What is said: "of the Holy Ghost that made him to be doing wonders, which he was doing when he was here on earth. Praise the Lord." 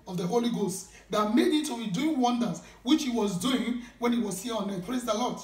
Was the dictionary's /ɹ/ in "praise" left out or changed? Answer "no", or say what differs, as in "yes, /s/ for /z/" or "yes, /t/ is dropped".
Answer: yes, /l/ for /ɹ/